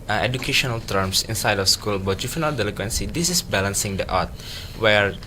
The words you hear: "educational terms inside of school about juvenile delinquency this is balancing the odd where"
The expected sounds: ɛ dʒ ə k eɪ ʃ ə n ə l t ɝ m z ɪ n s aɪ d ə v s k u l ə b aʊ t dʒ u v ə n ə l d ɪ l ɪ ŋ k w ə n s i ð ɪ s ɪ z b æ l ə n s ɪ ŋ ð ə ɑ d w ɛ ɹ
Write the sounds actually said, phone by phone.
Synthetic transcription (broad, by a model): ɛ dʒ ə k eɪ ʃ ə n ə l t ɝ m s ɪ n s aɪ d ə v s k u l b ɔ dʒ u f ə n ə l d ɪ l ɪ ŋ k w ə n s i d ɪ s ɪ s b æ l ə n s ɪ ŋ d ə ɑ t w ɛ ɹ